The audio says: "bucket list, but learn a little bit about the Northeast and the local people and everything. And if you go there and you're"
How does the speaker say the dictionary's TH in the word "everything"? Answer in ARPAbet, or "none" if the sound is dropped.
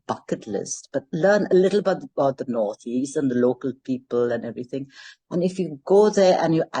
TH